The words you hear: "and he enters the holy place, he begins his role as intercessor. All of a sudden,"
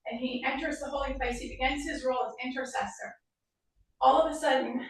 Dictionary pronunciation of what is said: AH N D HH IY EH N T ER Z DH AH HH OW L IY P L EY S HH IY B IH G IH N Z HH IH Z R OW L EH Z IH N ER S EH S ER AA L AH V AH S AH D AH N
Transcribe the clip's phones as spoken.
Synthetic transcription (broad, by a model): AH N IY EH N T ER Z DH AH HH OW L IY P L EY S HH IY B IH G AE N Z HH IH Z R OW L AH Z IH N ER S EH S ER AA L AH V AH S AH D N